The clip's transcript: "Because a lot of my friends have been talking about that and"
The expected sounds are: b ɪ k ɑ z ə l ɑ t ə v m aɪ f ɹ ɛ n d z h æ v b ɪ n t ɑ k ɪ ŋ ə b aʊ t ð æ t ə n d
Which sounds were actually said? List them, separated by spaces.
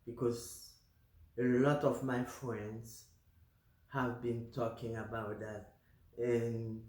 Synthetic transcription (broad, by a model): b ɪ k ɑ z ə l ɑ t ə v m aɪ f ɹ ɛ n d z h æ v b ɪ n t ɑ k ɪ ŋ ə b aʊ t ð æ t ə n